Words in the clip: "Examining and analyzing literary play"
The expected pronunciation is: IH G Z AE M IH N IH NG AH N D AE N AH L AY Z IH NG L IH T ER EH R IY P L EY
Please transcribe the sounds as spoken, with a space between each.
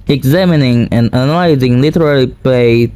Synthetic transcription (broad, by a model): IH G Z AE M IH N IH NG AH N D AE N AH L AY Z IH NG L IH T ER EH L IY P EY